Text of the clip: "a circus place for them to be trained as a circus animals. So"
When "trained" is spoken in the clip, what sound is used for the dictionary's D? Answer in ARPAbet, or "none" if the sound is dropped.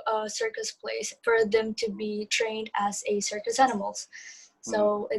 D